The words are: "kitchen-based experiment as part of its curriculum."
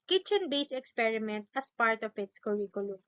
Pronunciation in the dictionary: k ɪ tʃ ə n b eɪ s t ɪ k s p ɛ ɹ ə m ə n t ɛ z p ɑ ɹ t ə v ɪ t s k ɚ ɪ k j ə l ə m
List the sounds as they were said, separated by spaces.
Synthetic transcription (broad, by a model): k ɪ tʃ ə n b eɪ s ɪ k s p ɛ ɹ ə m ə n t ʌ s p ɑ ɹ t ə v ɪ t s k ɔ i k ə l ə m